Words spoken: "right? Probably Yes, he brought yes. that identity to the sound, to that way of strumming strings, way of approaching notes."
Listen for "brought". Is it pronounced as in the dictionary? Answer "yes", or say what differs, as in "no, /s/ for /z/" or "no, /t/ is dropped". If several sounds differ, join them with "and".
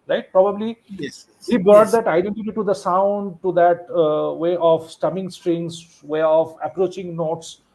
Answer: no, /ɹ/ is dropped